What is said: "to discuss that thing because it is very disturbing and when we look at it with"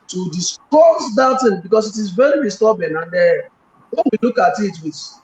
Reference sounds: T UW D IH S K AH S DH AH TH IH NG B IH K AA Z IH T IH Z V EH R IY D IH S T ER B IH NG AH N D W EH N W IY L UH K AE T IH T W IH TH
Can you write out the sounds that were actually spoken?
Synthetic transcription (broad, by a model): T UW D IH S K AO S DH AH T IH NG B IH K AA S IH T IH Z V EH R IY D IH S T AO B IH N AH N D W EH N W IY L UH K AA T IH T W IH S